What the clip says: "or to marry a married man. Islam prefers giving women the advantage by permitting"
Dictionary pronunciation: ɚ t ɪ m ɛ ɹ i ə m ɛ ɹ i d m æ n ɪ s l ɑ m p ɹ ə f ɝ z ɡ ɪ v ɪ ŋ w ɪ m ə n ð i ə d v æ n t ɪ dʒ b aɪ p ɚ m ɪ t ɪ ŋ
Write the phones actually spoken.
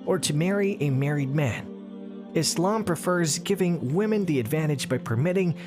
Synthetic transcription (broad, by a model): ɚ t ɪ m ɛ ɹ i ə m ɛ ɹ i d m æ n ɪ s l ɑ m p ɹ ə f ɝ z ɡ ɪ v ɪ ŋ w ɪ m ə n ð i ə d v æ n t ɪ dʒ b aɪ p ɚ m ɪ t ɪ ŋ